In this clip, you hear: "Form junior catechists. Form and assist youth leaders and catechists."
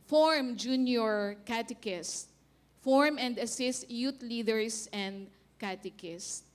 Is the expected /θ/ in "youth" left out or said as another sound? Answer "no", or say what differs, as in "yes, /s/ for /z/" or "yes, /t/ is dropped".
yes, /t/ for /θ/